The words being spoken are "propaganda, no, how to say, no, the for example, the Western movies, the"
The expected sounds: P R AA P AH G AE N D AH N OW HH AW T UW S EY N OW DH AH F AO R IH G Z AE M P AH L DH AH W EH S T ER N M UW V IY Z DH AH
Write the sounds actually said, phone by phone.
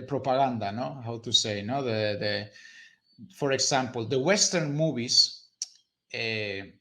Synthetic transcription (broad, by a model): P R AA P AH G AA N D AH N OW HH AW T UW S EY N OW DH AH F AO R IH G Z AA M P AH L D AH W EH S T ER N M UW B IY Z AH